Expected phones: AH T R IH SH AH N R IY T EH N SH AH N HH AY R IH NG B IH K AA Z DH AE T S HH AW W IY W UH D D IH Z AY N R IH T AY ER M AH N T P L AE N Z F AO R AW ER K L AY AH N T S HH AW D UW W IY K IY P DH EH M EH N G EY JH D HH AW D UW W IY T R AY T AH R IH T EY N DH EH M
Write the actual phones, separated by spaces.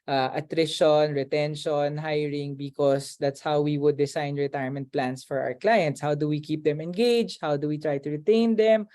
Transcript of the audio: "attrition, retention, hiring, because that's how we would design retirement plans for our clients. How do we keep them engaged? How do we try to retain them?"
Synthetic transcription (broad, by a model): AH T R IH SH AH N R IY T EH N SH AH N HH AY R IH NG B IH K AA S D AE T S HH AW W IY W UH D D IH S AY N R IH T AY ER M AH N T P L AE N S F AO R AW ER K L AY AH N T S HH AW D UW W IY K IY P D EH M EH N G EY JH HH AW D UW W IY T R AY T AH R IH T EY N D EH M